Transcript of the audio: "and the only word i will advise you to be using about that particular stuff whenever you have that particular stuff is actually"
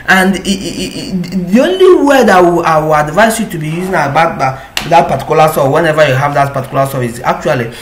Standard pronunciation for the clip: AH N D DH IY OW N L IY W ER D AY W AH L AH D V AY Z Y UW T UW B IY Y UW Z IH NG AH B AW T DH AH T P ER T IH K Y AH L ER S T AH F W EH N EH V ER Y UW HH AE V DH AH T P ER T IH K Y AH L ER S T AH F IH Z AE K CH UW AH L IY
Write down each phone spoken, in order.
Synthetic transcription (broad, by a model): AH N D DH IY OW N L IY W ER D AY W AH W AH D V AY S Y UW T UW B IY Y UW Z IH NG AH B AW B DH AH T P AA T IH K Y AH L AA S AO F W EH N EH V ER Y UW HH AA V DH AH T P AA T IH K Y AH L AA S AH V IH S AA K CH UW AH L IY